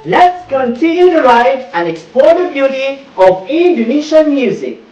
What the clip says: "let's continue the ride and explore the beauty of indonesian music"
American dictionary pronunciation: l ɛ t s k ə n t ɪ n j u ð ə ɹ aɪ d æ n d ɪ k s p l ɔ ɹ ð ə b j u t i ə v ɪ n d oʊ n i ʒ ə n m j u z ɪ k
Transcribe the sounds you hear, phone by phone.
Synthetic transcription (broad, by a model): l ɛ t s k ə n t ɪ n j u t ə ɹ aɪ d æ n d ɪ k s p ɔ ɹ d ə b j u t i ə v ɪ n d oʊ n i ʃ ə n m j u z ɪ k